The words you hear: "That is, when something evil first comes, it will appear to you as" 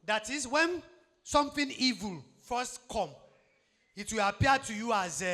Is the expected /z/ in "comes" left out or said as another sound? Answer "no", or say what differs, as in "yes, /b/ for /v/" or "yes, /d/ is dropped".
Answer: yes, /z/ is dropped